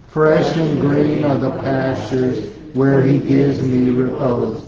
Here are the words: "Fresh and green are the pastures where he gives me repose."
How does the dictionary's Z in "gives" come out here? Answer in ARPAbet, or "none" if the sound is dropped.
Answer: Z